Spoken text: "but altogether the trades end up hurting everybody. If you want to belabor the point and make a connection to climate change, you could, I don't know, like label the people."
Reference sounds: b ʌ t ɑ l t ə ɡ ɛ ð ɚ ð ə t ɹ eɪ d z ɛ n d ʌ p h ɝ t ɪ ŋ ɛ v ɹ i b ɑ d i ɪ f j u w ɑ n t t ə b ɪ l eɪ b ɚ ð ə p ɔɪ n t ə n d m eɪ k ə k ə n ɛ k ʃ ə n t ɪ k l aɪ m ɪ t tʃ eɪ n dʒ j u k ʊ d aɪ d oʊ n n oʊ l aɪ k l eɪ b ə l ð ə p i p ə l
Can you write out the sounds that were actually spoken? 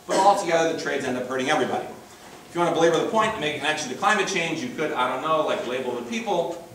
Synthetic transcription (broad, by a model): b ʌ t ɑ l t ə ɡ ɛ ð ɚ ð ə t ɹ eɪ d z ɛ n d ʌ p h ɝ t ɪ ŋ ɛ v ɹ i b ɑ d i ɪ f j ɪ w ɑ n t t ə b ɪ l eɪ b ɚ ð ə p ɔɪ n t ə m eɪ ə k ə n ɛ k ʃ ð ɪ k l aɪ m ɪ t tʃ eɪ n dʒ j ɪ k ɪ d aɪ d oʊ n n oʊ l aɪ k l eɪ b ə l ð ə p i p l